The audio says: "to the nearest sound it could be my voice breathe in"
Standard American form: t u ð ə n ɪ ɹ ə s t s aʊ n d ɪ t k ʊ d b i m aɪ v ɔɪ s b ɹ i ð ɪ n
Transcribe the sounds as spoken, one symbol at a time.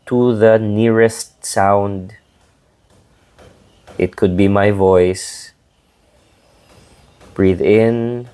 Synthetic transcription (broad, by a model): t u ð ə n ɪ ɹ ə s t s aʊ n d ɪ t k ʊ d b i m aɪ v ɔɪ s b ɹ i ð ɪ n